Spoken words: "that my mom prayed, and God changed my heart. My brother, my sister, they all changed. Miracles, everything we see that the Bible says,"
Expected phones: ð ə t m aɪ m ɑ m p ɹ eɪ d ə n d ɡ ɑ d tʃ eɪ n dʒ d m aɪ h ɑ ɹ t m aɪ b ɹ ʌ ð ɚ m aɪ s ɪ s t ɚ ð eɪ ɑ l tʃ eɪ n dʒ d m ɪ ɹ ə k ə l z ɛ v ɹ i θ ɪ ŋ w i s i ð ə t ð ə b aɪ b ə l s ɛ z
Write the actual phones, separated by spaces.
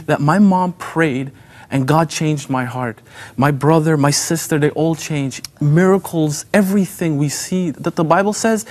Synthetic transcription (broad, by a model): ð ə t m aɪ m ɑ m p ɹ eɪ d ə n ɡ ɑ d tʃ eɪ n dʒ d m aɪ h ɑ ɹ t m aɪ b ɹ ʌ ð ɚ m aɪ s ɪ s t ɚ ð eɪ ɑ l tʃ eɪ n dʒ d m ɪ ɹ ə k l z ɛ v ɹ i θ ɪ ŋ w i s i ð ə t ð ə b aɪ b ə l s ɛ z